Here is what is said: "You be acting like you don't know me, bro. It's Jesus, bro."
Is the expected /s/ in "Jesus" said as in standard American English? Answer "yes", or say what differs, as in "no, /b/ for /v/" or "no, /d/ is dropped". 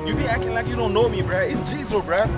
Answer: no, /s/ is dropped